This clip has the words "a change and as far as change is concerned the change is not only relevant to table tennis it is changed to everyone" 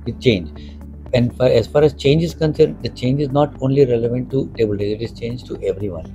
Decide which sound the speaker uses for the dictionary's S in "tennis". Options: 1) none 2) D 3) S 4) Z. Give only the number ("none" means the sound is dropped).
1